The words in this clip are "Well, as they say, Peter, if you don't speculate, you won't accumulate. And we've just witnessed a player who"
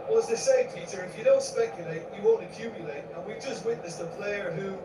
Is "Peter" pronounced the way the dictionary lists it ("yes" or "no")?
no